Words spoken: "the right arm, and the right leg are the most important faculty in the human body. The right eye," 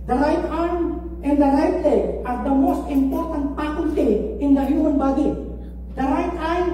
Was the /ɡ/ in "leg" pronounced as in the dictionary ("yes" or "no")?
no